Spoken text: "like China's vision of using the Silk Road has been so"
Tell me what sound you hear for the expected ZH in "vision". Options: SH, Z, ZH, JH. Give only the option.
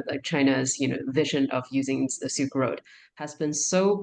ZH